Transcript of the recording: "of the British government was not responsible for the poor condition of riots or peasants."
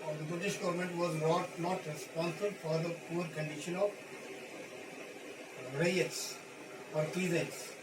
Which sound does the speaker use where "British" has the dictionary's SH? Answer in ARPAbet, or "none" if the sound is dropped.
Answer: SH